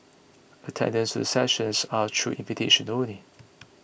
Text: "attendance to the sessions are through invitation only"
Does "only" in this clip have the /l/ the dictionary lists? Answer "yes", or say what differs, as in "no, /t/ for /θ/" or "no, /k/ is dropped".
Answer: no, /l/ is dropped